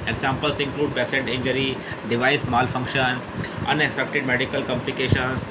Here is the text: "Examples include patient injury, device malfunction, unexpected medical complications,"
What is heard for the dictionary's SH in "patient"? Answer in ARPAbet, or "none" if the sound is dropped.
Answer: S